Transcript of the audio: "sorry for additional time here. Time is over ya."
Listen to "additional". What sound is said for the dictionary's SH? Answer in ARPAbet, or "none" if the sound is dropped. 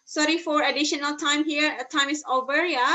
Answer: SH